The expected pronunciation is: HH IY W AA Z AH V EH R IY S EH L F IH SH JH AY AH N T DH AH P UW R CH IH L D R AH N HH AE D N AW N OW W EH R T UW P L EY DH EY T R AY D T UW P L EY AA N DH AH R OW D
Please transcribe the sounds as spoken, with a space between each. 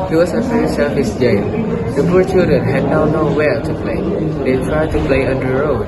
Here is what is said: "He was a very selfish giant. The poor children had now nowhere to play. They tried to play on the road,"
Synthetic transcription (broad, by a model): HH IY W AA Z AH F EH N S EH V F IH S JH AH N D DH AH P UW R CH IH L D R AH N HH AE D N AW N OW W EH L T UW P L EY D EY T R AY D T UW P L EY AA N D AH R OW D